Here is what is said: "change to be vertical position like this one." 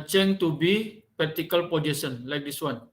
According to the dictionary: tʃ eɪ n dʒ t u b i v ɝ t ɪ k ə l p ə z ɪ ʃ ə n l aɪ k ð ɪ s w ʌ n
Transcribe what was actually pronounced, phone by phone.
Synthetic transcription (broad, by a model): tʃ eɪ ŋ t u b i p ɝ t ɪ k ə l p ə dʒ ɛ s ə n l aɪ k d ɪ s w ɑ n